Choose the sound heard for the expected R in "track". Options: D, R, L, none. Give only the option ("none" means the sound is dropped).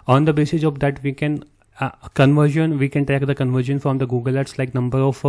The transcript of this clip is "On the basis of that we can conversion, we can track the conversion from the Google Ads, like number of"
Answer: none